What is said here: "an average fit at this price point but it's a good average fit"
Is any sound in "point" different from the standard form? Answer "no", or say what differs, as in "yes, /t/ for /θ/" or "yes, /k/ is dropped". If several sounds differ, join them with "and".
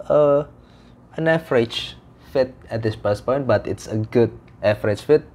no